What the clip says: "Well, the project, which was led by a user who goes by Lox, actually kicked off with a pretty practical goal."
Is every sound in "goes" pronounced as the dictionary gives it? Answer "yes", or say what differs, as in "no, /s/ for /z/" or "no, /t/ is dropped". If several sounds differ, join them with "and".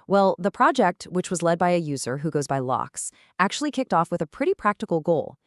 yes